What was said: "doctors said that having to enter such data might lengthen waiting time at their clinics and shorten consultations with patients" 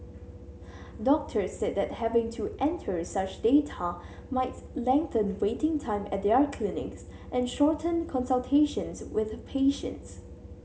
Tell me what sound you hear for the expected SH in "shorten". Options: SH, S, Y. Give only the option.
SH